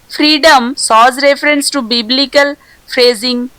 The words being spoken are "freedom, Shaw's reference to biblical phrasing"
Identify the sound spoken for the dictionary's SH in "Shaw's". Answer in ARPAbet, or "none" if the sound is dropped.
S